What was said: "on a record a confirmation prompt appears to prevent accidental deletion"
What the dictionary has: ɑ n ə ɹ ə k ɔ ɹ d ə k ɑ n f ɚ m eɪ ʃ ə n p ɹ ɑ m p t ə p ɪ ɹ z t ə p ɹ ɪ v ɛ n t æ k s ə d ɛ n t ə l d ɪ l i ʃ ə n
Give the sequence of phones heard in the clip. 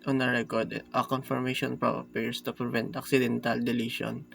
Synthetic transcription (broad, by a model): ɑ n ə ɹ ə k ɔ ɹ d ə k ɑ n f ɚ m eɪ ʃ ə n p ɹ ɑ p ə ɹ s t ə p ɹ ɪ v ɛ n t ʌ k s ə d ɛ n t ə l d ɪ l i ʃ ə n